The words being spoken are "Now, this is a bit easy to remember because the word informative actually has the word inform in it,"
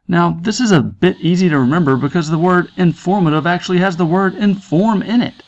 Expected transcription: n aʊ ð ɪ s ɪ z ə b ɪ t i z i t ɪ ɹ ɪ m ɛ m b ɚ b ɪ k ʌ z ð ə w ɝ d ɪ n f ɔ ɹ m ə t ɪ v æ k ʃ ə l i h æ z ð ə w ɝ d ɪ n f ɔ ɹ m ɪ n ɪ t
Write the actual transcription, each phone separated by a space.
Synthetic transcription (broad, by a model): n aʊ ð ɪ s ɪ z ə b ɪ t i z i t ɪ ɹ ɪ m ɛ m b ɚ b ɪ k ʌ z ð ə w ɝ d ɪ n f ɔ ɹ m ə t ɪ v æ k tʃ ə l i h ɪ z ð ə w ɝ d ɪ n f ɔ ɹ m ɪ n ɪ t